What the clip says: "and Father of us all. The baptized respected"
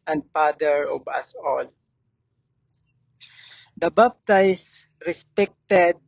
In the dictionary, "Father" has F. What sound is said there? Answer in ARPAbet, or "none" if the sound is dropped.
P